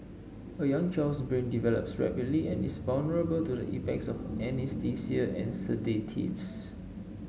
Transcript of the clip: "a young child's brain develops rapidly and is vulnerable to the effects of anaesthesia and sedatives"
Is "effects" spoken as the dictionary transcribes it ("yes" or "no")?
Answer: no